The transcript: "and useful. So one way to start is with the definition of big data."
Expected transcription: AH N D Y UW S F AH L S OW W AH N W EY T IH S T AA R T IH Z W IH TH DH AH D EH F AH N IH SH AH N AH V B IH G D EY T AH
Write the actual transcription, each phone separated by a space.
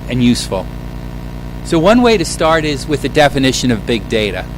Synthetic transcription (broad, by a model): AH N Y UW S F L S OW W AH N W EY T IH S T AA R T IH Z W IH DH AH D EH F AH N IH SH AH N AH V B IH G D EY T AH